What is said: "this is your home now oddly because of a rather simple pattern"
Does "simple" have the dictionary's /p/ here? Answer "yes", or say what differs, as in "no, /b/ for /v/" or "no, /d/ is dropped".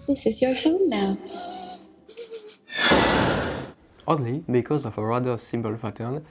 no, /b/ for /p/